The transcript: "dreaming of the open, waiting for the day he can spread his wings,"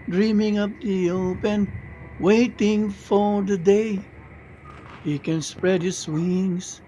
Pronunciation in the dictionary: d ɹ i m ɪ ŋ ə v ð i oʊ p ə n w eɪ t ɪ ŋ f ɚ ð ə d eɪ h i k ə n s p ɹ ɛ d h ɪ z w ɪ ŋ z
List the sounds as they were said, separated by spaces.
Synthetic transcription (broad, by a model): d ɹ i m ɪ ŋ ə p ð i oʊ p ə n w eɪ t ɪ ŋ f ɚ ð ə d eɪ h i k ə n s p ɹ ɛ d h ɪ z w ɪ ŋ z